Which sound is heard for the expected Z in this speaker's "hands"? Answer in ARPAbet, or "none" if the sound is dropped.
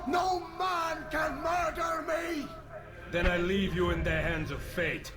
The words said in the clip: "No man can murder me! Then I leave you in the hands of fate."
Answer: Z